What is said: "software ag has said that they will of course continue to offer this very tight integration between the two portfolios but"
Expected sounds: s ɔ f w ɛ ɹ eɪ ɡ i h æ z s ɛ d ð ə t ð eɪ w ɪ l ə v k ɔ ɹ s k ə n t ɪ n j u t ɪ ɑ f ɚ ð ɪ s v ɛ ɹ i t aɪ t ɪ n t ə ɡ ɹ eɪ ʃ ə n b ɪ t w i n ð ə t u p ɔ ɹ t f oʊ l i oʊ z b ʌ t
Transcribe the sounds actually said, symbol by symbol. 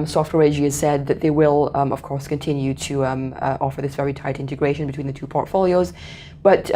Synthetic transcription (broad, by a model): s ɔ f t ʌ ɹ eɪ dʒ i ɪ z s ɛ d ð ə t ð eɪ w ɪ l ə v k ɔ ɹ s k ə n t ɪ n j u t ɪ ɑ f ɚ ð ɪ s v ɛ ɹ i t aɪ t ɪ n t ə ɡ ɹ eɪ ʃ ə n b ɪ t w i n ð ə t u p ɔ ɹ t f oʊ l i oʊ z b ʌ t